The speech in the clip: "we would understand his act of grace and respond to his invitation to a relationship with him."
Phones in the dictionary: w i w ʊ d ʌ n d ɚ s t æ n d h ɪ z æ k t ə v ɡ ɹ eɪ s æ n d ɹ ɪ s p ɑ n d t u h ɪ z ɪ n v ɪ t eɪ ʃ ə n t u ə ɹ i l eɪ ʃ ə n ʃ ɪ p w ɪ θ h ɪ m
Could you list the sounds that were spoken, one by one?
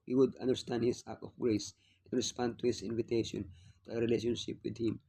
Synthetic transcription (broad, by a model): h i w ʊ d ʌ n d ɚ s t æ n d h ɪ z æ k ə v ɡ ɹ eɪ s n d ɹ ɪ s p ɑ n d t u h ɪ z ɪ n v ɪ t eɪ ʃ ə n t u ə ɹ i l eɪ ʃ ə n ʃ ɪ p w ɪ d h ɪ m